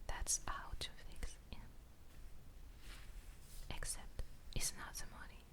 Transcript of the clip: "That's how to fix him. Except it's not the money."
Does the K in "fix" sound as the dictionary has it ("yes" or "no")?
yes